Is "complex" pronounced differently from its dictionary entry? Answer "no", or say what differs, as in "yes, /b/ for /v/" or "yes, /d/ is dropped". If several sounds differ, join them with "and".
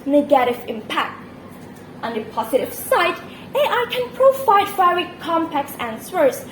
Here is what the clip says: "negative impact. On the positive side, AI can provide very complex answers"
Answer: yes, /l/ is dropped